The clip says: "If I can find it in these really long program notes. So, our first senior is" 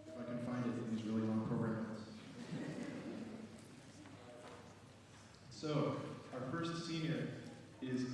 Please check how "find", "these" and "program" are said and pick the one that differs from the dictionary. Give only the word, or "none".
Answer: none